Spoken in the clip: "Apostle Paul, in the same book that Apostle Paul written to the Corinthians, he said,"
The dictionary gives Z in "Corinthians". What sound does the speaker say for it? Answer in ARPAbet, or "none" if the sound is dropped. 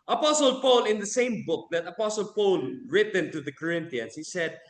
S